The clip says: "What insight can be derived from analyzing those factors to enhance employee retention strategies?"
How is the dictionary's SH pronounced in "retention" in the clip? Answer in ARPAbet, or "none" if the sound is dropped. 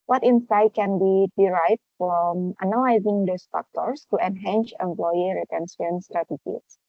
S